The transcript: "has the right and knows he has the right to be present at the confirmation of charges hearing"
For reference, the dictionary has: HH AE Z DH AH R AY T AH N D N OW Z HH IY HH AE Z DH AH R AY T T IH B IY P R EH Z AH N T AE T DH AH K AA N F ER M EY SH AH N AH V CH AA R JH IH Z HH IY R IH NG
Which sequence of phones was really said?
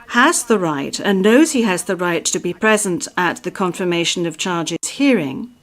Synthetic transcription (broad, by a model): HH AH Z DH AH R AY T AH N N OW Z HH IY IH Z DH AH R AY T T IH B IY P R EH Z AH N T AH T DH AH K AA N F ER M EY SH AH N AH V CH AA R JH IH Z HH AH R IH NG